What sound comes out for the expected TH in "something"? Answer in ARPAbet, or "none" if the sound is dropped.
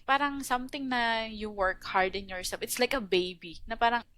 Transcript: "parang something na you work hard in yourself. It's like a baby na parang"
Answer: T